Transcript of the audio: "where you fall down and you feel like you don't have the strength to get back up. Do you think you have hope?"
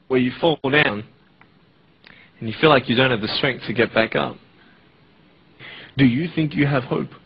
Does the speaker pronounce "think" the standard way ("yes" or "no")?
yes